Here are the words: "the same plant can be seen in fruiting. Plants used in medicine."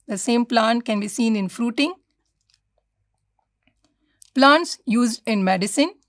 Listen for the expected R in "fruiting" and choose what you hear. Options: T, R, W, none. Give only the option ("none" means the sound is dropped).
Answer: R